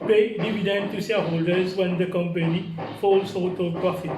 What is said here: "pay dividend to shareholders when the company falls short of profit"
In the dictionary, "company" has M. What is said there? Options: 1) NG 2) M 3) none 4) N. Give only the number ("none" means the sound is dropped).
2